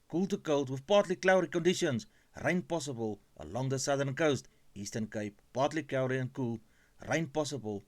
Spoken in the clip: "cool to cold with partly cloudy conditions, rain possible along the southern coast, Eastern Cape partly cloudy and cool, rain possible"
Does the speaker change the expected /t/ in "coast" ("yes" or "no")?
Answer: no